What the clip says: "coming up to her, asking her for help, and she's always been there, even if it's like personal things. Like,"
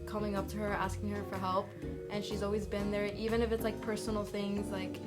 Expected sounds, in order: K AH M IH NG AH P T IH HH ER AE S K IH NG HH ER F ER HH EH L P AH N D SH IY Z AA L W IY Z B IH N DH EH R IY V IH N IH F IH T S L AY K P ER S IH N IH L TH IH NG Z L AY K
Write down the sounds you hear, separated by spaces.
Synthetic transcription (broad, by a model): K AH M IH NG AH P T IH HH ER AE S K IH NG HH ER F ER HH EH L P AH N SH IY Z AA L W IY Z B IH N DH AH R IY V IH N IH F IH T S L AY K P ER S N L TH IH NG Z L AY K